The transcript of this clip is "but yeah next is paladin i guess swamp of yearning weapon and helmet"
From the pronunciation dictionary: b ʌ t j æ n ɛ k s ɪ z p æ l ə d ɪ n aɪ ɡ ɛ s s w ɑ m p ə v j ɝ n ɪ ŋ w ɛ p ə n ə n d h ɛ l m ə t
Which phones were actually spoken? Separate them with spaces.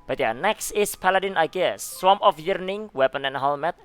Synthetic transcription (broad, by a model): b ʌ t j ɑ n ɛ k s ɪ s p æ l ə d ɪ n aɪ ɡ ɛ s s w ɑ m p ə f j ɝ n ɪ ŋ w ɛ p ə n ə n h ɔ l m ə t